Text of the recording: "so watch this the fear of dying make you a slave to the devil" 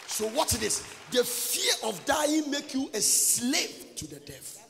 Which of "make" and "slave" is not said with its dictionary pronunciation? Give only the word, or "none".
slave